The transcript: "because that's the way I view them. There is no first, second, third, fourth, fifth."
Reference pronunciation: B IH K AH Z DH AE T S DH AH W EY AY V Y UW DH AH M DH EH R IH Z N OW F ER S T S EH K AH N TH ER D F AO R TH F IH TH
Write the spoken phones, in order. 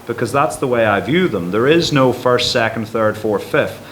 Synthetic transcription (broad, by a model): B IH K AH Z DH AE T S DH AH W EY AY V Y UW DH AH M DH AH R IH Z N OW F ER S T S EH K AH N TH ER D F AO R F IH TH